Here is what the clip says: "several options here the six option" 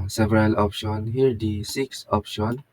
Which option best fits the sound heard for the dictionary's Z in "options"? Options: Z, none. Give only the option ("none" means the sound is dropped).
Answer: none